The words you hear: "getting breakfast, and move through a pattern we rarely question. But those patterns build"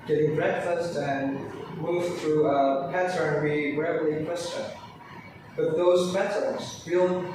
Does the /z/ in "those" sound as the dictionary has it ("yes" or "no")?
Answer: yes